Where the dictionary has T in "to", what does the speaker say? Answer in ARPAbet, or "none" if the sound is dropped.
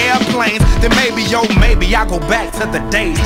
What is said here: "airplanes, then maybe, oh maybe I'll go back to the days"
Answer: S